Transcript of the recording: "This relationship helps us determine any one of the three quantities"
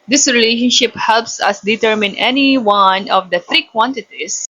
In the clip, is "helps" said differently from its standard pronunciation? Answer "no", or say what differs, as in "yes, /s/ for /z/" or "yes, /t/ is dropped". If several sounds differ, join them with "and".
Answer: no